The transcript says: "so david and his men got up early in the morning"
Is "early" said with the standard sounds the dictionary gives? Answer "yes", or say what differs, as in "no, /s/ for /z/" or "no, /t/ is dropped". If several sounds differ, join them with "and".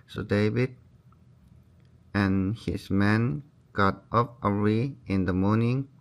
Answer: no, /l/ is dropped